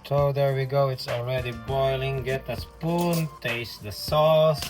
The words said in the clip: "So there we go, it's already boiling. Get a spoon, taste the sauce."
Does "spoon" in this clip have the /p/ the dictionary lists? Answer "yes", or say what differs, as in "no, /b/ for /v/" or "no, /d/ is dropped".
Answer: yes